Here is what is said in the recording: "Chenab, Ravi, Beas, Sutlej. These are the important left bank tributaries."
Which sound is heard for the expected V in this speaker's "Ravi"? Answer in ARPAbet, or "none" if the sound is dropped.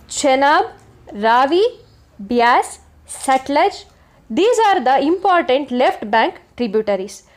V